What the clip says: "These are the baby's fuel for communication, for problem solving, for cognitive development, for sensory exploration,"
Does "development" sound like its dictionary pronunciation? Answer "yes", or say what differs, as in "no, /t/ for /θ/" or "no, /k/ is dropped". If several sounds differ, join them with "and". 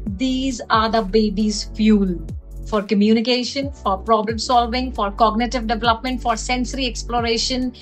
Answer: yes